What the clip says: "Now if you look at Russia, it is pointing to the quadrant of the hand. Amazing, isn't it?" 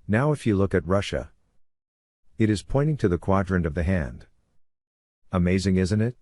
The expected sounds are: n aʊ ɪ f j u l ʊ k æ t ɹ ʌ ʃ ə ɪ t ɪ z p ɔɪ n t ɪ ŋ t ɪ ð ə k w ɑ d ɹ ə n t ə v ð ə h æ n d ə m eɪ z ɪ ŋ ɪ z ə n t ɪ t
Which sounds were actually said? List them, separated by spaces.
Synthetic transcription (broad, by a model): n aʊ ɪ f j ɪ l ʊ k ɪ t ɹ ʌ ʃ ə ɪ t ɪ z p ɔɪ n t ɪ ŋ t ɪ ð ə k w ɑ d ɹ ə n ə v ð ə h æ n d ə m eɪ z ɪ ŋ ɪ z ə n t ɪ t